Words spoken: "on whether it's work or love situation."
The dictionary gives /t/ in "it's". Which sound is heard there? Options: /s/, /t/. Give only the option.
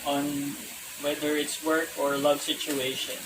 /t/